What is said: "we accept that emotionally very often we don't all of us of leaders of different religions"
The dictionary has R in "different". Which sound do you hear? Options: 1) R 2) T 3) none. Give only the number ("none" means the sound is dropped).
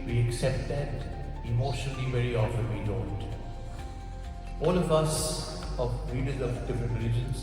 3